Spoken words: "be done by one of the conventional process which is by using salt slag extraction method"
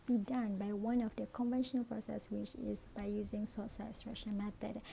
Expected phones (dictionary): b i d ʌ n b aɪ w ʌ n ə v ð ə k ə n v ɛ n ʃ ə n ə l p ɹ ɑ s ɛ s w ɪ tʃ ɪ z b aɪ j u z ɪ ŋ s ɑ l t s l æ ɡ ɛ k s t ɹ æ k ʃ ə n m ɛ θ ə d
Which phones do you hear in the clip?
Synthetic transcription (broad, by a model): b i d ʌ n b aɪ w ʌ n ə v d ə k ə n v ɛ n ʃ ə n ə l p ɹ ɑ s ɛ s w ɪ tʃ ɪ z b aɪ j u z ɪ ŋ s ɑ t s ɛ s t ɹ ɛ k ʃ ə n m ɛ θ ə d